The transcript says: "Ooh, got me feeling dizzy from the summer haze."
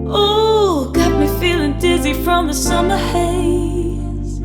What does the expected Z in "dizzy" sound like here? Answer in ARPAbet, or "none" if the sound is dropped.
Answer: Z